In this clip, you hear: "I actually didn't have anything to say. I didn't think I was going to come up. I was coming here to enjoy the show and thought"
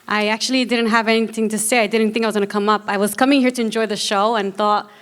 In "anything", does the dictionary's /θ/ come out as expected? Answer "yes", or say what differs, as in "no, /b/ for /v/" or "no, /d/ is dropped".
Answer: yes